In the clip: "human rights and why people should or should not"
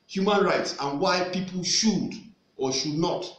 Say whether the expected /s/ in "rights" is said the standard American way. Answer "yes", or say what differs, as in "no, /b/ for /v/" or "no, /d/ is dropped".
yes